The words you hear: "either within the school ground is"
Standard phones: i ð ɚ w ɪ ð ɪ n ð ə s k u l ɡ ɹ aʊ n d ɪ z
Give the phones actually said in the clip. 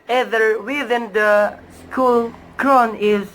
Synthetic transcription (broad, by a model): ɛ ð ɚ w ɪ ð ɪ n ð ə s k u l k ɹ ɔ n ɪ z